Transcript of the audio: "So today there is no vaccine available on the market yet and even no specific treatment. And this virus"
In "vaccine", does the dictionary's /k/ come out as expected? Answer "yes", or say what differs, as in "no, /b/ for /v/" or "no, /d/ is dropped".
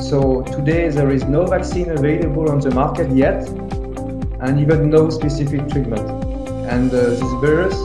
yes